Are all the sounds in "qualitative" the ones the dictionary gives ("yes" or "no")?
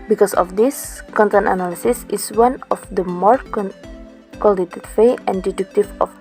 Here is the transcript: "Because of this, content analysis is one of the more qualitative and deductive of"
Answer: no